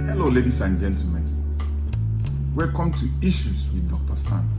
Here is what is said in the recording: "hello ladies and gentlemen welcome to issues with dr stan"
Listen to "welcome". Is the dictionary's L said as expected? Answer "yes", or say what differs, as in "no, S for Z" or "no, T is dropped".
no, L is dropped